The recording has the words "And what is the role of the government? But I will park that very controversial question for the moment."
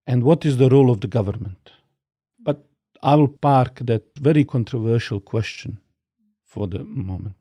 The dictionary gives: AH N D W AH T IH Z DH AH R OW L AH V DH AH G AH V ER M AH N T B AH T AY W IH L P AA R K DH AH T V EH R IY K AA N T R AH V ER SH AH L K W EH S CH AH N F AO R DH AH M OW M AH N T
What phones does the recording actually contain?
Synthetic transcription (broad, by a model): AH N D W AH T IH Z DH AH R OW L AH V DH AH G AH V ER M AH N T B AH T AY W IH L P AA R K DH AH T V EH R IY K AA N T R AH V ER SH AH L K W EH S CH AH N F AO R DH AH M OW M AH N T